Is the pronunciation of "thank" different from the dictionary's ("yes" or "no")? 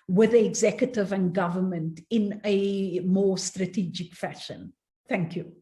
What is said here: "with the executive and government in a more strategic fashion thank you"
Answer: no